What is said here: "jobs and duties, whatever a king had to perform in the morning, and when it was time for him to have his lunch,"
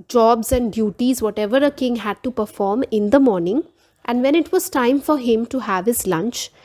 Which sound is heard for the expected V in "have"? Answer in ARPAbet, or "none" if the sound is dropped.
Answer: V